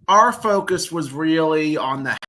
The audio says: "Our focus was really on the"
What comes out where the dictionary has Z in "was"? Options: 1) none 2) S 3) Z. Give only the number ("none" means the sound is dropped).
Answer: 3